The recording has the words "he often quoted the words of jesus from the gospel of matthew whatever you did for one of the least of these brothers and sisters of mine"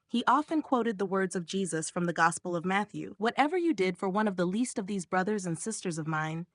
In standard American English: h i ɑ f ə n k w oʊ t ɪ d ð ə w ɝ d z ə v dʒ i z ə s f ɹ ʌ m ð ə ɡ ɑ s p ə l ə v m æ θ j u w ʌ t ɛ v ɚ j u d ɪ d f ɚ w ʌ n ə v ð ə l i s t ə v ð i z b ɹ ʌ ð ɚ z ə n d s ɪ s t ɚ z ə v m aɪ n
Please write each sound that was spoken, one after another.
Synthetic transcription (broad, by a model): h i ɑ f ə n k w oʊ t ɪ d ð ə w ɝ d z ə v dʒ i z ə s f ɹ ʌ m ð ə ɡ ɑ s p l ə v m æ θ j u w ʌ t ɛ v ɚ j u d ɪ d f ɚ w ʌ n ə v ð ə l i s t ə v ð i z b ɹ ʌ ð ɚ z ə n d s ɪ s t ɚ z ə v m aɪ n